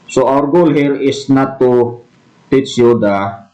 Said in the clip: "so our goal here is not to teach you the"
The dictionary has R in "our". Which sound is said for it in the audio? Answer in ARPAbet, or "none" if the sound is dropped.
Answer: R